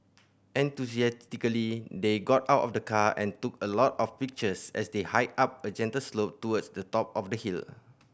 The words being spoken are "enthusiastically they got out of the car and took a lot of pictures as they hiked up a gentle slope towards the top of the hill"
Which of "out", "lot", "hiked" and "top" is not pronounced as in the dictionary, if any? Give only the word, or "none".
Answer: hiked